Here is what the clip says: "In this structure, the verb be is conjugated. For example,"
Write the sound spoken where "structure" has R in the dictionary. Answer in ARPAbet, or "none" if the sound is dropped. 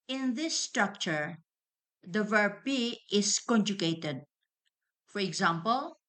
R